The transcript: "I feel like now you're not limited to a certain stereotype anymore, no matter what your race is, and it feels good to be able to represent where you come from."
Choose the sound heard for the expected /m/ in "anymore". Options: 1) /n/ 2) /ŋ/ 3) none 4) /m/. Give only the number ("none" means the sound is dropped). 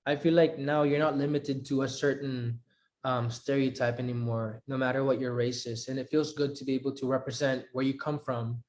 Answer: 4